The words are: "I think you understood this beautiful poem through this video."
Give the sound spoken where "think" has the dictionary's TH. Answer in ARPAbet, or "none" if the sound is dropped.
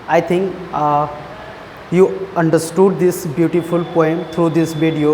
T